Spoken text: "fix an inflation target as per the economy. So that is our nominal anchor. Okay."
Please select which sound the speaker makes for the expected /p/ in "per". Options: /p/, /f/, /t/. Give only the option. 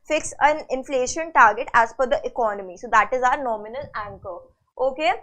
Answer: /f/